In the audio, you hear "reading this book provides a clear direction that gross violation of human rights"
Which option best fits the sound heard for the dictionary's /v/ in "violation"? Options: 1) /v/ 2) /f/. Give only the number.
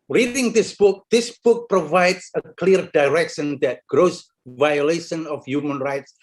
1